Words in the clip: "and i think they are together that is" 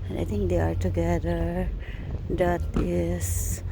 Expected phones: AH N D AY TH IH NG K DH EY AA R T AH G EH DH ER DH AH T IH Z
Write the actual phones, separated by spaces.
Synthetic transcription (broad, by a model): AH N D AY T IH NG K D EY AA R T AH G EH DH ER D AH T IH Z